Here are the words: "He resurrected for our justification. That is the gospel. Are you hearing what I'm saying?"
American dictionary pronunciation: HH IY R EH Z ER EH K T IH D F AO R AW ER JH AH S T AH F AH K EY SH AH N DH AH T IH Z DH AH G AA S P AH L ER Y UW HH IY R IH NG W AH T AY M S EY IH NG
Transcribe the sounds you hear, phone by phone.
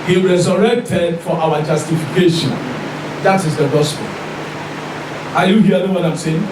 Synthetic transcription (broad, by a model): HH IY R EH Z ER EH K T IH D F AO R AW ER JH AH S T AH F AH K EY SH AH N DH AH T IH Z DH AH G AA S P AH L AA Y UW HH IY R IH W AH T AY M S EY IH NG